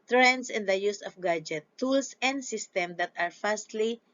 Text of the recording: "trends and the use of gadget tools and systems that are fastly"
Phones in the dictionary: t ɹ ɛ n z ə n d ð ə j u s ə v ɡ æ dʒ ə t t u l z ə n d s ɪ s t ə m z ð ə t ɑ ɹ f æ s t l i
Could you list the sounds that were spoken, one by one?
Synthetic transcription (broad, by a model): t ɹ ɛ n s ə n d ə j u s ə f ɡ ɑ dʒ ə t t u l s ə n d s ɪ s t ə m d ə t ɑ ɹ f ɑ s t l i